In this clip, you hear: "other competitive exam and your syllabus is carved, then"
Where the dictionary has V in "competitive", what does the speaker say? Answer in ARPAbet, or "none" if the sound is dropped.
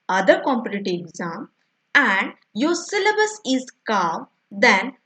none